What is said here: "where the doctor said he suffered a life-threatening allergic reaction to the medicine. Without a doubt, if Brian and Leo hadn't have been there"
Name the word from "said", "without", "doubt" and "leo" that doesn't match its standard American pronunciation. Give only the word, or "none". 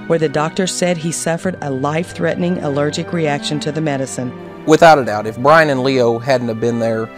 none